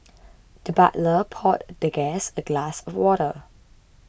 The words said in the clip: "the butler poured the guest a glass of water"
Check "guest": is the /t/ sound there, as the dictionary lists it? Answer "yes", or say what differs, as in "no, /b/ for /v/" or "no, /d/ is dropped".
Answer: no, /t/ is dropped